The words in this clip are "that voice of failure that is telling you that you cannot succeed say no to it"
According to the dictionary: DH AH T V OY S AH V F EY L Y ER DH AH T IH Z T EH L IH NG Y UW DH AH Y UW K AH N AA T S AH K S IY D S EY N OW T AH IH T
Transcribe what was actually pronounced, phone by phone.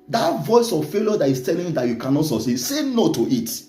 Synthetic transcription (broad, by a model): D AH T V OY S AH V F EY L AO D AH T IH S T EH L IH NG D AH Y UW K AH N AA T S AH S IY S EY N OW T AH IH T